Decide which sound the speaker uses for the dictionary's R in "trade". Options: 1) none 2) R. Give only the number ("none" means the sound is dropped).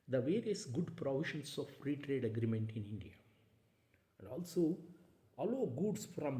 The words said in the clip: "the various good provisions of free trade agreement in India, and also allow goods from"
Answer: 2